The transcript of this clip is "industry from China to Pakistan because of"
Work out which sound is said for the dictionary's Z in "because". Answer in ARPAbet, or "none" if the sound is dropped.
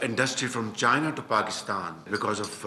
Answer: Z